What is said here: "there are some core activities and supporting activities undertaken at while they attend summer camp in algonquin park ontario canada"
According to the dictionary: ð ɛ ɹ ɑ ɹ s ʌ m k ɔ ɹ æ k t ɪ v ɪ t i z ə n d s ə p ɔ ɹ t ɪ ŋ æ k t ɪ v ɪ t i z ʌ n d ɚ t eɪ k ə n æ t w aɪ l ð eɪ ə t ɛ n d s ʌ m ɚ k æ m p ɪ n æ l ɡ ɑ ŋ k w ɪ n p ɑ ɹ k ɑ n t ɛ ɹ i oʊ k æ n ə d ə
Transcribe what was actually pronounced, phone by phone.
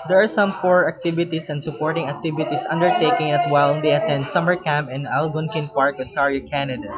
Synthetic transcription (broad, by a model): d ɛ ɹ ɑ ɹ s ʌ m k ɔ ɹ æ k t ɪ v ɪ t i s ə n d s ə p ɔ ɹ t ɪ ŋ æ k t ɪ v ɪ t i s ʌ n d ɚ t eɪ k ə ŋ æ t w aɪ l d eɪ ə t ɛ n d s ʌ m ɚ k æ m p ɪ n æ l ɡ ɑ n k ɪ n p ɑ ɹ k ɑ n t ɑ ɹ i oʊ k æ n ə d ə